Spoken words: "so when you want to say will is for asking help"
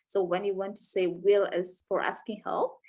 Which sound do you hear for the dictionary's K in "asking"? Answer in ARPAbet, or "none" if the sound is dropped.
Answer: K